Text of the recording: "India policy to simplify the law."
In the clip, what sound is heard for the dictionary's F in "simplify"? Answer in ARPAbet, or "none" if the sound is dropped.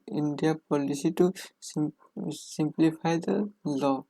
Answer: P